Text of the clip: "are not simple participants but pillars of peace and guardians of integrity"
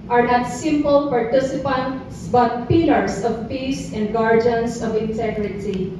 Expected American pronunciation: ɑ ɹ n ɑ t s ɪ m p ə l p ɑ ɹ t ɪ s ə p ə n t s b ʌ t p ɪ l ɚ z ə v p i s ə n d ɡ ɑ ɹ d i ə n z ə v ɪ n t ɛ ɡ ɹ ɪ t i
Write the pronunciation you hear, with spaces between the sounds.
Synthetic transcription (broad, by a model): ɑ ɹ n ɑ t s ɪ m p ə l p ɑ ɹ t ɪ s ə p ə n t s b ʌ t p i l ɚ s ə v p i s ə n d ɡ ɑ ɹ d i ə n s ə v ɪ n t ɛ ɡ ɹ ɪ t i